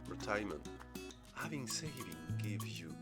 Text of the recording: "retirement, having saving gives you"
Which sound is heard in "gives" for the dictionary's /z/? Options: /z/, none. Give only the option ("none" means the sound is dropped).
none